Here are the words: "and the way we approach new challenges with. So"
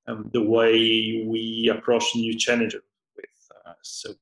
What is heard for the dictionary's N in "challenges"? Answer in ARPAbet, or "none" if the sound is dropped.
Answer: none